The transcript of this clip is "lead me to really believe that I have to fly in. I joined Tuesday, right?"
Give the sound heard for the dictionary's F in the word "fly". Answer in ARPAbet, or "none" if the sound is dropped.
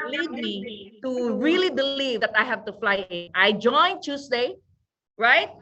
F